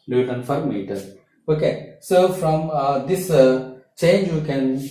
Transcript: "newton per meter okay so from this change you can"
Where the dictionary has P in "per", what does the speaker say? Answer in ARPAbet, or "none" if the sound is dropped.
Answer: F